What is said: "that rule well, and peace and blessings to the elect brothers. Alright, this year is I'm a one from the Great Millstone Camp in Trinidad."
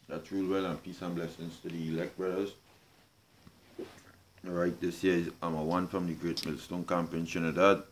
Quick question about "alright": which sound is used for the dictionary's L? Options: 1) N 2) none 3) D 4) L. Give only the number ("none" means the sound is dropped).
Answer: 2